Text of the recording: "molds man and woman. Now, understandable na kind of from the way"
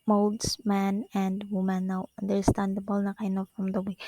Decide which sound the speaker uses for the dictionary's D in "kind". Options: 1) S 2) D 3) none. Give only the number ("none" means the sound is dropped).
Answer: 3